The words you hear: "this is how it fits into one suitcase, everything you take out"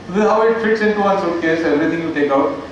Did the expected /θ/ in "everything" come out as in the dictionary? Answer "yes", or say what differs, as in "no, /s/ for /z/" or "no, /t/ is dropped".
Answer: no, /t/ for /θ/